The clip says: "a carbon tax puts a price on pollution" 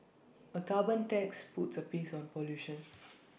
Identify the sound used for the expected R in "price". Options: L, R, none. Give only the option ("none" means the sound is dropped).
none